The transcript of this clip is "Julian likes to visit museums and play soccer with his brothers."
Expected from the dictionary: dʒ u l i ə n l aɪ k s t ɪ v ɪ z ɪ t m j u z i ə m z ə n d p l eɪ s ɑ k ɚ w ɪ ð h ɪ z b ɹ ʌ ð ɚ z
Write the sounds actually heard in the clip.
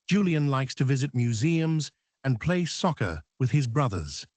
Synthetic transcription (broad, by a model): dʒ u l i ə n l aɪ k s t ɪ v ɪ z ɪ t m j u z i ə m z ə n p l eɪ s ɑ k ɚ w ɪ ð ɪ z b ɹ ʌ ð ɚ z